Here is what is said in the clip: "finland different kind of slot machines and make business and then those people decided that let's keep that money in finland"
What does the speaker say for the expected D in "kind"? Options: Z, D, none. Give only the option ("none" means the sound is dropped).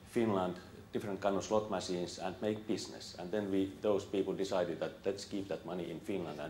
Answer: none